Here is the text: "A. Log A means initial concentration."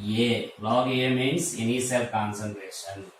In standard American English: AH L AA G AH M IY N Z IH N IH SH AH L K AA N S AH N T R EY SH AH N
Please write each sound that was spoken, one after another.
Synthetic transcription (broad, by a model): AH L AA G AH M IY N S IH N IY S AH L K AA N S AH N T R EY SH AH N